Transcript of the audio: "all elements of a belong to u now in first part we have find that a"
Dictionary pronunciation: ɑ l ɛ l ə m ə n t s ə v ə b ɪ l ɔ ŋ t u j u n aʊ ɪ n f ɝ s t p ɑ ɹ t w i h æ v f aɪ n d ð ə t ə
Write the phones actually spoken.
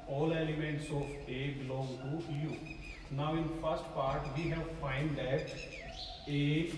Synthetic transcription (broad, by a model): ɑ l ɛ l ə m ə n t s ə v ə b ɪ l ɔ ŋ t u j u n aʊ ɪ n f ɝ s t p ɑ ɹ t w i h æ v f aɪ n d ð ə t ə